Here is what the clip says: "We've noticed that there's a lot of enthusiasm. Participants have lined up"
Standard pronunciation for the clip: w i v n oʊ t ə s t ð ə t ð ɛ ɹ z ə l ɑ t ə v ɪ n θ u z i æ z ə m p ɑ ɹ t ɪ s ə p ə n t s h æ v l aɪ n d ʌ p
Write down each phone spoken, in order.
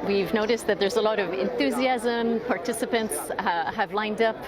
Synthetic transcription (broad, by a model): w i v n oʊ t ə s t ð ə t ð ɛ ɹ z ə l ɑ t ə v ɪ n θ u z i æ z ə m p ɑ ɹ t ɪ s ə p ə n t s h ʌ v l aɪ n d ʌ p